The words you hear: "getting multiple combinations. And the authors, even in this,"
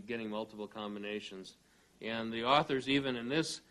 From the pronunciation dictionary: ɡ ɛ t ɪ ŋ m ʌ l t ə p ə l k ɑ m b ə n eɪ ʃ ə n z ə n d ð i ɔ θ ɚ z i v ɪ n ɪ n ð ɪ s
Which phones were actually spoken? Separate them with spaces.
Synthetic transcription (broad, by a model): ɡ ɛ t ɪ ŋ m ʌ l t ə p l k ɑ m b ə n eɪ ʃ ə n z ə n ð i ɔ θ ɚ z i v ɪ n ɪ n ð ɪ s